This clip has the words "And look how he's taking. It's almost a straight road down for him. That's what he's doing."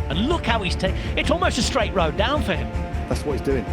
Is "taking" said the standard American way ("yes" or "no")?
no